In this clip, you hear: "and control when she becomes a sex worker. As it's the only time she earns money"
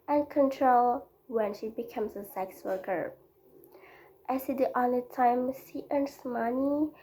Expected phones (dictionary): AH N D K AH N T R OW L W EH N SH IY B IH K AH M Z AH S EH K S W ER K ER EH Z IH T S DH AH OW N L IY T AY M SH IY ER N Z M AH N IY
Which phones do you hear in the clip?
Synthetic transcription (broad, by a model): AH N K AH N T R OW L W EH N SH IY B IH K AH M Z AH S EH K S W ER K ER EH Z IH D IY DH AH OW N IY T AY M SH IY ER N S M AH N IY